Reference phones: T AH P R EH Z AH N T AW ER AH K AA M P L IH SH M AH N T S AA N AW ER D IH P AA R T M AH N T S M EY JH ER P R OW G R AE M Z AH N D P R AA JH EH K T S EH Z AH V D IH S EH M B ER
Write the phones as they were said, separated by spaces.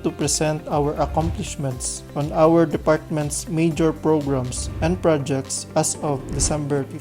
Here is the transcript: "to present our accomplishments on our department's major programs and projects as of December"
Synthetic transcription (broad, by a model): T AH P R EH S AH N T AW ER AH K AA M P L IH SH M AH N T S AA N AW ER D IH P AA R T M AH N T S M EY JH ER P R OW G R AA M S AH N D P R AA JH EH K T S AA S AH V D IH S EH M B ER